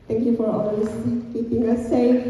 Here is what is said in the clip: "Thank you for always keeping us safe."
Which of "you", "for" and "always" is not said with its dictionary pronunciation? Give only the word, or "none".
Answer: always